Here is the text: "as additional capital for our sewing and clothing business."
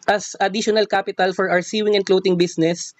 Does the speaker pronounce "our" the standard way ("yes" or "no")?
no